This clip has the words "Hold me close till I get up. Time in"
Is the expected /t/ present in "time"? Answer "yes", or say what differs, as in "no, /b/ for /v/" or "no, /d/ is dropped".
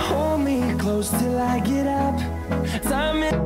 no, /s/ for /t/